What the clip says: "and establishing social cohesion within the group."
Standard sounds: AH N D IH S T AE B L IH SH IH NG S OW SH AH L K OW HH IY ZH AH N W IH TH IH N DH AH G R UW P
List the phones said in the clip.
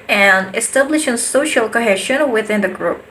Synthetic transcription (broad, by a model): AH N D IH S T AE B L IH SH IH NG S OW SH AH L K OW HH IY SH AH N W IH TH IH N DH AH G R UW P